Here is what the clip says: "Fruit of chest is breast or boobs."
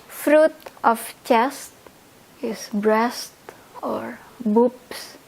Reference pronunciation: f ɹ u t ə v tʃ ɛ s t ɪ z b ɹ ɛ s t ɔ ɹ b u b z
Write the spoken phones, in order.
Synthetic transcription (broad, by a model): f ɹ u t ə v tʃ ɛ s t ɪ s b ɹ ɛ s t ɔ ɹ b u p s